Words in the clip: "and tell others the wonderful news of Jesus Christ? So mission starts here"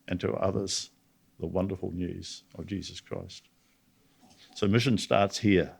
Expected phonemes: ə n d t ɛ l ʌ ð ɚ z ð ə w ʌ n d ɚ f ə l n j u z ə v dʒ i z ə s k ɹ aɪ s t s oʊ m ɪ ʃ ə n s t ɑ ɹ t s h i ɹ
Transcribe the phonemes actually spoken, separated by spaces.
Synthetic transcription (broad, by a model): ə n t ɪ ʌ ð ɚ z ð ə w ʌ n d ɚ f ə l n j u z ə v dʒ i z ə s k ɹ aɪ s t s oʊ m ɪ ʃ ə n s t ɑ ɹ t s h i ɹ